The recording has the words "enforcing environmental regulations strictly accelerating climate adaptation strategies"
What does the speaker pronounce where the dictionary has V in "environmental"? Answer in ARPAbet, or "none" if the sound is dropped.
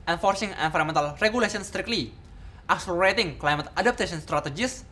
F